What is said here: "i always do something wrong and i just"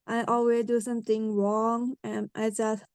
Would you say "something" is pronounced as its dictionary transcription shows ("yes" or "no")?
no